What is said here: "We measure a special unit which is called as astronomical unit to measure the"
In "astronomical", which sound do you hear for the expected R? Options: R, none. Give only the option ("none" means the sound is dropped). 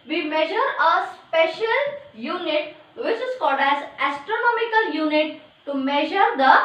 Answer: R